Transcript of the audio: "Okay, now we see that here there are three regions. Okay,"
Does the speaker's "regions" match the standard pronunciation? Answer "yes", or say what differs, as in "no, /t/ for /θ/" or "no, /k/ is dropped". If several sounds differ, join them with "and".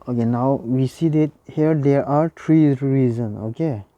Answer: no, /z/ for /dʒ/ and /z/ is dropped